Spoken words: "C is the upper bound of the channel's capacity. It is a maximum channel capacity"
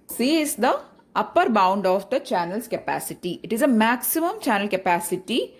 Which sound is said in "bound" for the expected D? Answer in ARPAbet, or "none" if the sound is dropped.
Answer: D